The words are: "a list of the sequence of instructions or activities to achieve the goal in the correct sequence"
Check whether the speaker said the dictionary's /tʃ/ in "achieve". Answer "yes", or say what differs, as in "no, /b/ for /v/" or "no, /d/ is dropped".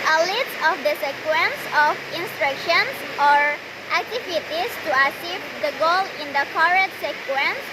no, /s/ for /tʃ/